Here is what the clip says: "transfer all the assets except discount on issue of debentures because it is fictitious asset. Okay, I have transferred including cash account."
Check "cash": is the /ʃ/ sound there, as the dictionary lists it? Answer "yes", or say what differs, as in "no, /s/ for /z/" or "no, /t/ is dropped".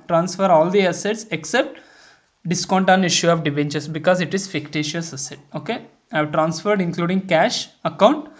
yes